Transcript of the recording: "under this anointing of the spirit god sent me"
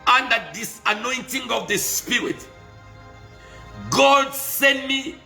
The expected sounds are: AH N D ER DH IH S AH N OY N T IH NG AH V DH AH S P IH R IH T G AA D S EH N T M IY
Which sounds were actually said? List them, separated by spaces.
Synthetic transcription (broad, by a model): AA N D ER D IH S AH N OY N T IH NG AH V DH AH S P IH R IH T G AA D S EH N T M IY